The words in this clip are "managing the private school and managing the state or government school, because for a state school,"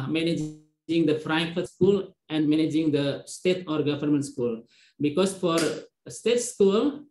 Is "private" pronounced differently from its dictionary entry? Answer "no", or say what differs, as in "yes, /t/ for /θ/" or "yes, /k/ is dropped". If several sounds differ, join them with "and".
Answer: yes, /f/ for /p/ and /f/ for /v/